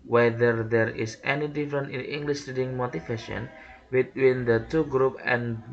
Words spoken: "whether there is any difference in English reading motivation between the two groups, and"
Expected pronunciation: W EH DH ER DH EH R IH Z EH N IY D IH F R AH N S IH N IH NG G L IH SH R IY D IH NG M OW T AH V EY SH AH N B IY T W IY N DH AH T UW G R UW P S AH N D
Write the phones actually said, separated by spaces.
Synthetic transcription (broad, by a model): W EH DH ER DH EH R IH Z EH N IY D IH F R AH N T IH N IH NG G L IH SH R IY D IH NG M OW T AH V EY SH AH N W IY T W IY N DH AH T UW G R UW P AH N